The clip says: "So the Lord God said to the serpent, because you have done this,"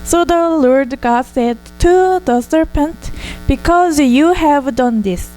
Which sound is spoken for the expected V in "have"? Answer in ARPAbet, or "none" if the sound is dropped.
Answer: V